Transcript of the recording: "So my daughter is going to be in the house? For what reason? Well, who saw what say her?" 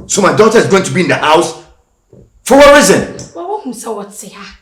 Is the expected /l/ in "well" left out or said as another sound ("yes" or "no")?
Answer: yes